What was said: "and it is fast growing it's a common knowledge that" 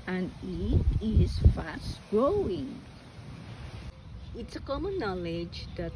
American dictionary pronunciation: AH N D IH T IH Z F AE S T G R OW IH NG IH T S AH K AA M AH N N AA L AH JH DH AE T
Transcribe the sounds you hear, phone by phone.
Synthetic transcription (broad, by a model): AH N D IH T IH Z F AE S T G R OW IH NG IH T S AH K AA M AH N N AA L AH JH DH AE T